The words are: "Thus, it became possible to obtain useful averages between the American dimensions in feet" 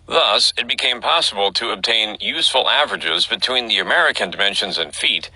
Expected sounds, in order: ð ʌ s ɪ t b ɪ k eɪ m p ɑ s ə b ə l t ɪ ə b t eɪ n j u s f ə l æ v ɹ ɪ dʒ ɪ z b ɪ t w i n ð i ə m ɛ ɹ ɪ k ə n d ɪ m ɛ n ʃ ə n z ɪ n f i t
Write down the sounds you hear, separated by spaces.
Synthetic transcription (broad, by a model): ð ʌ s ɪ t b ɪ k eɪ m p ɑ s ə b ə l t ɪ ə b t eɪ n j u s f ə l æ v ɹ ɪ dʒ ɪ z b ɪ t w i n ð i ə m ɛ ɹ ɪ k ə n d ɪ m ɛ n ʃ ə n z ɪ n f i t